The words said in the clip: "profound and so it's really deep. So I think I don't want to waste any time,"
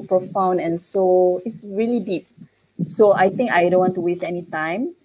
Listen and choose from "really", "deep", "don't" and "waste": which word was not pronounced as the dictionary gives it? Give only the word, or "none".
none